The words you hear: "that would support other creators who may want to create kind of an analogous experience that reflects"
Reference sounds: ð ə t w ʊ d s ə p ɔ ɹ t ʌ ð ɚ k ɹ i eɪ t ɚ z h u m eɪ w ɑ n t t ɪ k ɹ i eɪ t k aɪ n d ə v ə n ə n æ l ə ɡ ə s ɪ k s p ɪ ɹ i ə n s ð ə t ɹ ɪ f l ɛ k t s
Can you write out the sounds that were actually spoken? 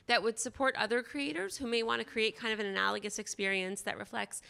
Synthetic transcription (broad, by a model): ð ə t w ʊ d s ə p ɔ ɹ t ʌ ð ɚ k ɹ i eɪ t ɚ z h u m eɪ w ɑ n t t ɪ k ɹ i eɪ t k aɪ n d ə v ə n ə n æ l ə ɡ ə s ɪ k s p ɪ ɹ i ə n s ð ə t ɹ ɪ f l ɛ k t s